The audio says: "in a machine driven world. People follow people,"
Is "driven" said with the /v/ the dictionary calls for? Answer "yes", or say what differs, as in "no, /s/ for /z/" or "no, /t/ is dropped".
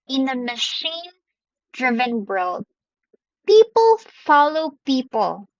yes